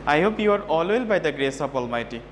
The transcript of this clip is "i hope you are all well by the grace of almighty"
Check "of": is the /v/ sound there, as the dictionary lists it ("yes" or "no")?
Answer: no